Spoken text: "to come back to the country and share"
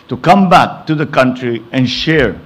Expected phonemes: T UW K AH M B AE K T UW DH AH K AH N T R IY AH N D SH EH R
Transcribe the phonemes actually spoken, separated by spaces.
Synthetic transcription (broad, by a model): T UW K AH M B AE K T UW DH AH K AH N T R IY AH N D SH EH R